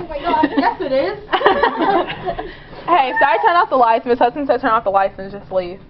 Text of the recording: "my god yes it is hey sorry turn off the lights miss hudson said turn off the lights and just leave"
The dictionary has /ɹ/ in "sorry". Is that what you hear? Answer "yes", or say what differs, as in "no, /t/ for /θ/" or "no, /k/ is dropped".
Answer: no, /ɹ/ is dropped